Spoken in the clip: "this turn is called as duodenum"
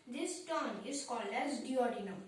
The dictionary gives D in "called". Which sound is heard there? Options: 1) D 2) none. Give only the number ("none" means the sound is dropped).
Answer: 2